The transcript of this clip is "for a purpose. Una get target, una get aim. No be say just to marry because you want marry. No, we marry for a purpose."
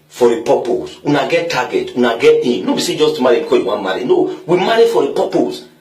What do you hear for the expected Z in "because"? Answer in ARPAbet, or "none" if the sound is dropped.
none